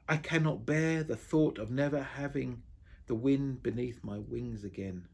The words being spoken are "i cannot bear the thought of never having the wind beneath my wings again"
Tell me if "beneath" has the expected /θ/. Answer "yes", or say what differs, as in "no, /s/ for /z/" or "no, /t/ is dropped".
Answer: yes